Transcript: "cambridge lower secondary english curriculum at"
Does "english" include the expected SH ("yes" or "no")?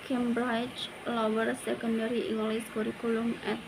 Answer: no